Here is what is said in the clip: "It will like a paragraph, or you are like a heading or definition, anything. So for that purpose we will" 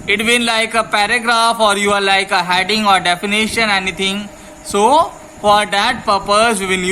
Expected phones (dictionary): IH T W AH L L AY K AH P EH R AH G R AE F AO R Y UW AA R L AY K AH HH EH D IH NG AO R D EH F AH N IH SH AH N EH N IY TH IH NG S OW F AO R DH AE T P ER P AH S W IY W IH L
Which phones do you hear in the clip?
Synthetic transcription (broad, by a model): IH T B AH N L AY K AH P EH R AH G R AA F AO R Y UW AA R L AY K AH HH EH D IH NG AO R D EH F AH N IH SH AH N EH N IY T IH NG S OW F AO R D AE T P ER P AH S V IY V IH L